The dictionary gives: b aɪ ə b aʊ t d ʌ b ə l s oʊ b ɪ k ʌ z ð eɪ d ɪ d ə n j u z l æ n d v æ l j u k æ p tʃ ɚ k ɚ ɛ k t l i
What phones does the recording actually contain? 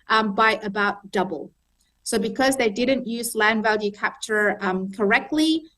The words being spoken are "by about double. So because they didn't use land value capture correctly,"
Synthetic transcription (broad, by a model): b aɪ ə b aʊ t d ʌ b ə l s oʊ b ɪ k ʌ z ð eɪ d ɪ d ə n j u z l æ n d v æ l j u k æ p tʃ ɚ k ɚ ɛ k t l i